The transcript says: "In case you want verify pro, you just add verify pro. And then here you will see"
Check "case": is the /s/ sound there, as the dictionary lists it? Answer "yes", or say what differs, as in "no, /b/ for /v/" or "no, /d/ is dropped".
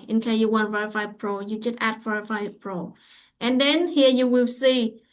no, /s/ is dropped